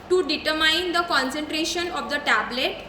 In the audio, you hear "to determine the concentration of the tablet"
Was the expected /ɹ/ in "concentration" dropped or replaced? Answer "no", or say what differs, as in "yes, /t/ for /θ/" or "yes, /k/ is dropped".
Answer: no